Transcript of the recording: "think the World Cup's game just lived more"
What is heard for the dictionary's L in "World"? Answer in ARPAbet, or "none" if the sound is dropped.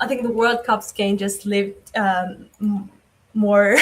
L